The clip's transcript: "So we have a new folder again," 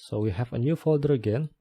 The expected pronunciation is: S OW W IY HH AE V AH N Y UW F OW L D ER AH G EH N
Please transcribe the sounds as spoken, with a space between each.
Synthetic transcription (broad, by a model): S OW W IY HH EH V AH N Y UW F OW L D ER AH G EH N